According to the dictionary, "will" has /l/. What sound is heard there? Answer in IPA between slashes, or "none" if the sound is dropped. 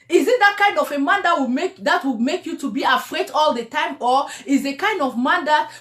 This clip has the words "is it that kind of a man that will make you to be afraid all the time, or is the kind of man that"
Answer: /w/